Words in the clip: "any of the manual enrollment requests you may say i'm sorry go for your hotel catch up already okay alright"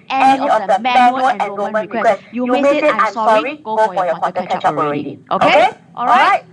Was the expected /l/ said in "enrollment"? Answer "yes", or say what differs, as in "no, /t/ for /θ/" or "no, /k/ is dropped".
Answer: no, /l/ is dropped